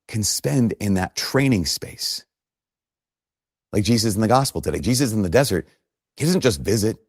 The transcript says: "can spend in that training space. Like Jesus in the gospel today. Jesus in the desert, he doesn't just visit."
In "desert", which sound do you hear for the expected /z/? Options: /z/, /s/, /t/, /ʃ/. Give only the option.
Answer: /z/